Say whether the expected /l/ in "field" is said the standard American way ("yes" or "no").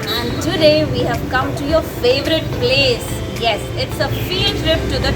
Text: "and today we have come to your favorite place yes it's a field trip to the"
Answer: no